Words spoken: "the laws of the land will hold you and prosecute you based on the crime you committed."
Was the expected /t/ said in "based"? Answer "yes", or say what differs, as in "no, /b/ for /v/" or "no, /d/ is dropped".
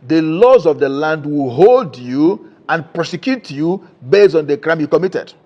no, /t/ is dropped